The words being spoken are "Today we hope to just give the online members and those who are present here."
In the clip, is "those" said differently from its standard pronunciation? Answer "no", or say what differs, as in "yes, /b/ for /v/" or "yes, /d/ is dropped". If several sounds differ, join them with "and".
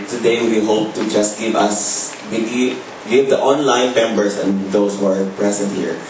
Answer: yes, /s/ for /z/